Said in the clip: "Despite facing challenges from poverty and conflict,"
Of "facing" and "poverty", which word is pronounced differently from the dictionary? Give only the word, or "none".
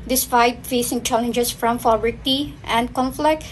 poverty